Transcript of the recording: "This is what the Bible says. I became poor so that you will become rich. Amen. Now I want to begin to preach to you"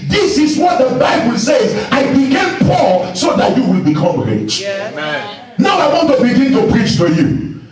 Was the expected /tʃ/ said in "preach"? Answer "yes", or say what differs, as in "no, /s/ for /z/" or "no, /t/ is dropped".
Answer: yes